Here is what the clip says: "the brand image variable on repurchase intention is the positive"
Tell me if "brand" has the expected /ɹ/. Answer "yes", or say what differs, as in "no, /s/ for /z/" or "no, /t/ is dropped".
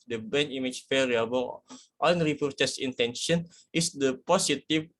no, /ɹ/ is dropped